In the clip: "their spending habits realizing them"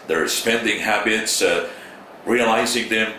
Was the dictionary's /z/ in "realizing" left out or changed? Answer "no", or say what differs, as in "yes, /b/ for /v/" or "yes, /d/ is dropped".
no